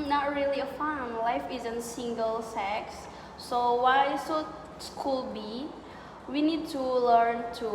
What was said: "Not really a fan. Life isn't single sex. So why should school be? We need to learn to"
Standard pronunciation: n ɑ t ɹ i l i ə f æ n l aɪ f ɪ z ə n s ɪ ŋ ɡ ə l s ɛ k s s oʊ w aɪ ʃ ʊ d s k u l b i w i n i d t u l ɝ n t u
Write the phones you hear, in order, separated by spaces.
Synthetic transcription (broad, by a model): n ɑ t ɹ i l i ə f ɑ n l aɪ f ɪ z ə n s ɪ ŋ ɡ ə l s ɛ k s s oʊ w aɪ s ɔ s k u l b i w i n i d t u l ɝ n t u